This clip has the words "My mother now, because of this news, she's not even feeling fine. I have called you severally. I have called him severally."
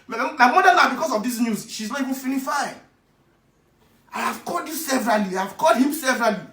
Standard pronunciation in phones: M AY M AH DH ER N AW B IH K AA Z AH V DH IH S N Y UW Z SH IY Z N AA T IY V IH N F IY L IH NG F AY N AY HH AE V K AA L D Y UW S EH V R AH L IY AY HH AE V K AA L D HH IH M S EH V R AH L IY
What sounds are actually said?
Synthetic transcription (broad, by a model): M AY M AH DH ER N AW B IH K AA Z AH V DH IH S N Y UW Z SH IY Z N AA T IY V IH N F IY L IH F AY AY HH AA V K AA L D Y UW S EH V R AH L IY AY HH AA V K AA L D HH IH M S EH V R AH L IY